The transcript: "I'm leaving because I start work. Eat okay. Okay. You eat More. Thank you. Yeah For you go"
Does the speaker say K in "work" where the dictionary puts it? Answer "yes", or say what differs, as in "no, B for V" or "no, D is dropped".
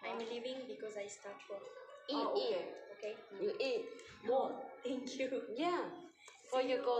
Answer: no, K is dropped